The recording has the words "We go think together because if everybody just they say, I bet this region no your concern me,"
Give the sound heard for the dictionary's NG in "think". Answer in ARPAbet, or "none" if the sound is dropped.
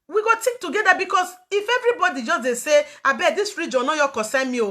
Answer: none